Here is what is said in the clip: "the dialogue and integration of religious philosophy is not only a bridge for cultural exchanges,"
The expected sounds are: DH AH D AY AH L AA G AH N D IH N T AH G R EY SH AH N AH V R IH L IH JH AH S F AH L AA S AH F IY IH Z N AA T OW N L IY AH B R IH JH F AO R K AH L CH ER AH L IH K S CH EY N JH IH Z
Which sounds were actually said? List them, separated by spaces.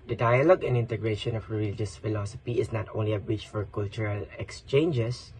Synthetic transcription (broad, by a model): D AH D AY AH L AA G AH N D IH N T AH G R EY SH AH N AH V R IH L IH JH AH S F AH L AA S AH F IY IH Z N AA T OW N L IY AH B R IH CH F AO R K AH L CH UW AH L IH K S CH EY N JH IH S